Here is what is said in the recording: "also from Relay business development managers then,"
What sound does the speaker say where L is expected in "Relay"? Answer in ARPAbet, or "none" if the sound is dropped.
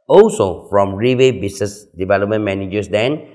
W